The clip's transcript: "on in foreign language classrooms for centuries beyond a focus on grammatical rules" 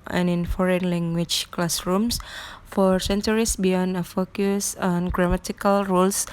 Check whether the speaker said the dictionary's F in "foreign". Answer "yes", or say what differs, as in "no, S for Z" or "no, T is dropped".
yes